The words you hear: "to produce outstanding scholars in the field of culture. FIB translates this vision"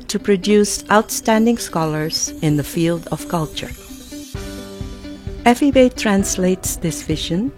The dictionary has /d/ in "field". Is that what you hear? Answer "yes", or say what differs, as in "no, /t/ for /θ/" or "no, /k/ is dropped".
yes